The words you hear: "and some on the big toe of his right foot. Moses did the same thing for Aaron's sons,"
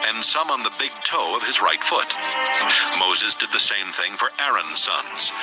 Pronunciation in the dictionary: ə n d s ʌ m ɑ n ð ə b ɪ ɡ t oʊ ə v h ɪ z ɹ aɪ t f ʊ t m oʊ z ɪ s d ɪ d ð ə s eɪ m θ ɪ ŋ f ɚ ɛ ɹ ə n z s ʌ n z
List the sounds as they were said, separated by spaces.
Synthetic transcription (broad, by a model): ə n s ʌ m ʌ n ð ə b ɪ ɡ t oʊ ə v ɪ z ɹ aɪ t f ʊ t m oʊ z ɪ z d ɪ d ð ə s eɪ m θ ɪ ŋ f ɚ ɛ ɹ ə n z s ʌ n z